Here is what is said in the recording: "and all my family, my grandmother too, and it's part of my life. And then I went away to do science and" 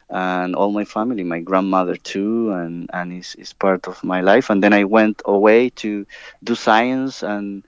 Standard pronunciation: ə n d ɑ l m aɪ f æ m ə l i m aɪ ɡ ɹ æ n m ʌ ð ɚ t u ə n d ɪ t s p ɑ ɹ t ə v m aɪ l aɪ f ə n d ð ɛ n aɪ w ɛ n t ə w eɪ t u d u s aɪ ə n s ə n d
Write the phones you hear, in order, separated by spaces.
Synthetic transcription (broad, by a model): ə n ɑ l m aɪ f æ m ə l i m aɪ ɡ ɹ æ n m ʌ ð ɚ t u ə n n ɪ s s p ɑ ɹ t ə v m aɪ l aɪ f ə n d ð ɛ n aɪ w ɛ n t ə w eɪ t u d u s aɪ ə n s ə n